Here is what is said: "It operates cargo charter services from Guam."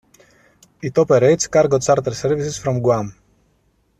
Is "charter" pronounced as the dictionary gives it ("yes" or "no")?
no